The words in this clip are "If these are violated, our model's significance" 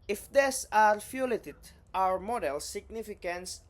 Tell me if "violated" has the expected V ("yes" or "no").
no